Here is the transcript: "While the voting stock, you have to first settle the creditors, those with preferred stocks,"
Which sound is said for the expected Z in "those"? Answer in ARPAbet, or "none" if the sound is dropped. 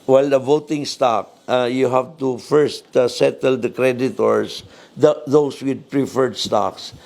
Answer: S